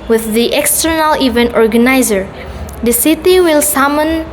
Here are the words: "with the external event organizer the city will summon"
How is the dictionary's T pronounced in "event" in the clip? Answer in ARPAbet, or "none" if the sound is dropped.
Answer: T